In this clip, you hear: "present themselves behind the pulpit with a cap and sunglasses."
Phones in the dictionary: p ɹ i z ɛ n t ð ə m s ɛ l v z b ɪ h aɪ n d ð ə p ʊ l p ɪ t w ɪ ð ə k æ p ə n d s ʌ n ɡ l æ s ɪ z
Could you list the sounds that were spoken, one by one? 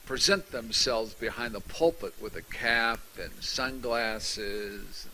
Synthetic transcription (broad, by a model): p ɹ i z ɛ n t ð ə m s ɛ l v z b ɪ h aɪ n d ð ə p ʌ l p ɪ t w ɪ ð ə k æ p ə n s ʌ n ɡ l æ s ɪ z